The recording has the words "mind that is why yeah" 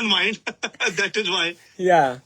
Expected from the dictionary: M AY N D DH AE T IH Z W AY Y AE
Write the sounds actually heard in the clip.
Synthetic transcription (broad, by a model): M AY N D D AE T IH Z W AY Y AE